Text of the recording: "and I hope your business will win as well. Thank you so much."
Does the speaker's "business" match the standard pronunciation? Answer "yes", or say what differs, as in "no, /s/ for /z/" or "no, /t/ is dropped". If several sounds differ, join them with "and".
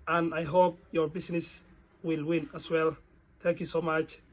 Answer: no, /s/ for /z/